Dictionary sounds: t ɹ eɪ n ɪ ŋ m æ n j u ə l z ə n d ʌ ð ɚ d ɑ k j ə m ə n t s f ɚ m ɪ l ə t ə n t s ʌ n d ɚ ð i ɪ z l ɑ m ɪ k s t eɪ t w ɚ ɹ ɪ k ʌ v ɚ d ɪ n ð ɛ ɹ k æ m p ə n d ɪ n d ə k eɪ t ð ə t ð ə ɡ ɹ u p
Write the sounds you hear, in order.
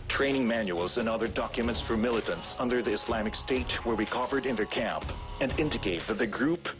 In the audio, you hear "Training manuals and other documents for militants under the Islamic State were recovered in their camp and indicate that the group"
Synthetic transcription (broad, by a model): t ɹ eɪ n ɪ ŋ m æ n j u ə l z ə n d ʌ ð ɚ d ɑ k j ə m ə n t s f ɚ m ɪ l ə t ə n t s ʌ n d ɚ ð i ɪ s l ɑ m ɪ k s t eɪ t w ɚ w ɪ k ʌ v ɚ d ɪ n ð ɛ ɹ k æ m p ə n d ɪ n d ə k eɪ t ð ə t ð ə ɡ ɹ u p